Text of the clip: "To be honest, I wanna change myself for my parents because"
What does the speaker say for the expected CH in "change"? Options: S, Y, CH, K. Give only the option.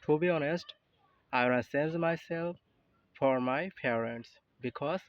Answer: S